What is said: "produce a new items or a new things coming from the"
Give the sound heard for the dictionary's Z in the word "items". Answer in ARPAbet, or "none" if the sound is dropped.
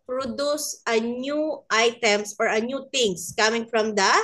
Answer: S